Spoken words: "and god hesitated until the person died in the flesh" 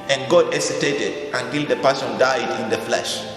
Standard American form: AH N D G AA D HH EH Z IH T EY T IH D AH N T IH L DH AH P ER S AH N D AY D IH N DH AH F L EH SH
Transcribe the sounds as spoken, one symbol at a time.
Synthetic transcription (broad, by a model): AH N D G AA D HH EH S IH T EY T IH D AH N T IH L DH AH P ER S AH N D AY D IH N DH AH F L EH SH